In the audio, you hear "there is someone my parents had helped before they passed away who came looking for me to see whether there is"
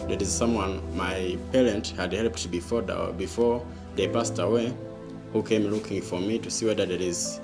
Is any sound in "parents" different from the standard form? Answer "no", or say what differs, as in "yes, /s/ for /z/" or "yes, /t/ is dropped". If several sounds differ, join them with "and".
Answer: yes, /s/ is dropped